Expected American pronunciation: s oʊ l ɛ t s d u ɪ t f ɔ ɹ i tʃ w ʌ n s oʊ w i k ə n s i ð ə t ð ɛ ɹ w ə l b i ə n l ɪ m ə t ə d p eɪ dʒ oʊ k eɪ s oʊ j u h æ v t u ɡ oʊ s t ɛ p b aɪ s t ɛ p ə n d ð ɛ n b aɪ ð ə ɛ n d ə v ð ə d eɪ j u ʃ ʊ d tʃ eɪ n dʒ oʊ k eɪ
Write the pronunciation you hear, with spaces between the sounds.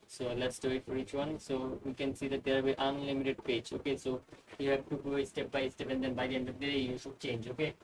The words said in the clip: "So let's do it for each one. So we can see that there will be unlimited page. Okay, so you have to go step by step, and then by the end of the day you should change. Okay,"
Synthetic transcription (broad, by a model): s oʊ l ɛ t s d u ɪ t f ɔ ɹ i tʃ w ʌ n s oʊ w i k ə n s i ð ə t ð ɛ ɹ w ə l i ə n l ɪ m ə t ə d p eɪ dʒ oʊ k eɪ s oʊ j u h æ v t u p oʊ s t ɛ p b aɪ s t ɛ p ə n d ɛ n b aɪ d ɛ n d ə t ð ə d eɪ j u s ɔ tʃ eɪ n dʒ oʊ k eɪ